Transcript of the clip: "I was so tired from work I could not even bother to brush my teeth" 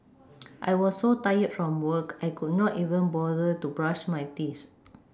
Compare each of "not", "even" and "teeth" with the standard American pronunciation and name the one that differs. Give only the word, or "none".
teeth